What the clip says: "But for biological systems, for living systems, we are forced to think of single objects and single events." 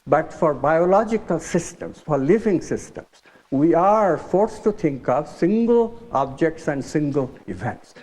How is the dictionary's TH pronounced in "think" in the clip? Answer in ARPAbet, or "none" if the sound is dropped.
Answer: T